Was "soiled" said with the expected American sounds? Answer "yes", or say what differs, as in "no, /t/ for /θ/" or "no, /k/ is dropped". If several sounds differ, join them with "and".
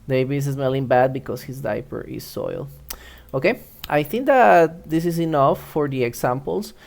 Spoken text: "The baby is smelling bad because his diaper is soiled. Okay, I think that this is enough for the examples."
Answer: no, /d/ is dropped